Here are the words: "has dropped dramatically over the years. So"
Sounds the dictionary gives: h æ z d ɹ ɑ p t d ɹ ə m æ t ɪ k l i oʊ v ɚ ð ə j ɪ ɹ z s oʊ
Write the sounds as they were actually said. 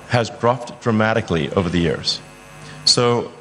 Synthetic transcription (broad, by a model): h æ z d ɹ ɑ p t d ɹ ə m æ t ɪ k l i oʊ v ɚ ð ə j ɪ ɹ z s oʊ